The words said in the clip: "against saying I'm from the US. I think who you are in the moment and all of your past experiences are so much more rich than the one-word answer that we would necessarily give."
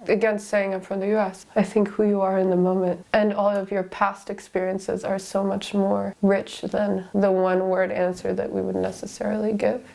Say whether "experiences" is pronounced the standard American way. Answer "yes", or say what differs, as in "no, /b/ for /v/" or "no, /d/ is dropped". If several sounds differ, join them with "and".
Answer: yes